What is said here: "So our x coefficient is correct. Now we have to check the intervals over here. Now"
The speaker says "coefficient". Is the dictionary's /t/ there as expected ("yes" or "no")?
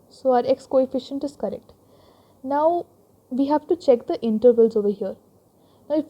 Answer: yes